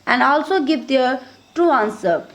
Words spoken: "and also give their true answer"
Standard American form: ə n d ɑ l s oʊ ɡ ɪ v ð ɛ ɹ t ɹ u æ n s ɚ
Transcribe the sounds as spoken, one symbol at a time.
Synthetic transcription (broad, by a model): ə n d ɑ l s oʊ ɡ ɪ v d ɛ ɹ t u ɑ n s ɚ